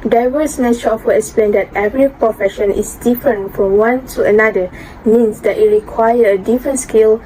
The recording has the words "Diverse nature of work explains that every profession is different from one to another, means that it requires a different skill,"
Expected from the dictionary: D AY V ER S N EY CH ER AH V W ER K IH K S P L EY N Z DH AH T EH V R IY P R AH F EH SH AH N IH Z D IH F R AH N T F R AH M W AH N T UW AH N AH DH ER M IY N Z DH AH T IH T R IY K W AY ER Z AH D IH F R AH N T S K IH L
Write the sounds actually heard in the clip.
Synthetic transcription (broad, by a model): D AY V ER S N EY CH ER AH F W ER IH K S P L EY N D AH T EH V R IY P R AH F EH SH AH N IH S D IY F R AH N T F R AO M W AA N T UW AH N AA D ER M IY N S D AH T IH T R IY K W AY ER AH D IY F R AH N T S K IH L